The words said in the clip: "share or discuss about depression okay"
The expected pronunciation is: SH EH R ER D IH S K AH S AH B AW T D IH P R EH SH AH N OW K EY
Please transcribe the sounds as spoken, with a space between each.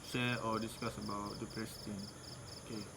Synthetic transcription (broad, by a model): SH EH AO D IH S K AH S AH B AW T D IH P R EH S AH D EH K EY